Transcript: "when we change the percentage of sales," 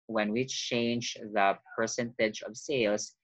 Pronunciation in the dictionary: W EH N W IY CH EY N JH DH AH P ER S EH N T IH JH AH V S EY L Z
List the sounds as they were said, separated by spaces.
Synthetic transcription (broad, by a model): W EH N W IY CH EY N JH DH AH P ER S EH N T IH JH AH V S EY L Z